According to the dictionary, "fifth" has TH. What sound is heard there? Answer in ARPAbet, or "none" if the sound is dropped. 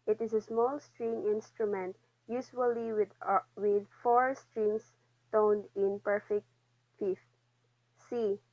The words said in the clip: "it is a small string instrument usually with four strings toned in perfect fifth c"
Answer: F